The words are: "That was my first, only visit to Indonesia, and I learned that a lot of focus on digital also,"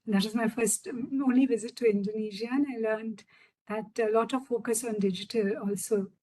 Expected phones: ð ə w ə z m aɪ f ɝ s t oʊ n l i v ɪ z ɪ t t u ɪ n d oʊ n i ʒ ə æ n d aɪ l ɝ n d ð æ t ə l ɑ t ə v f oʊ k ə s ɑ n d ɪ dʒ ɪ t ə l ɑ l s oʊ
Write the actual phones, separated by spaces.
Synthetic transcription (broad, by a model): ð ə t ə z m aɪ f ɝ s t oʊ n l i v ɪ z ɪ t t u ɪ n d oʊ n i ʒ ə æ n aɪ l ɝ n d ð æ t ə l ɑ t ə v f oʊ k ə s ɑ n d ɪ dʒ ɪ t ə l ɑ l s oʊ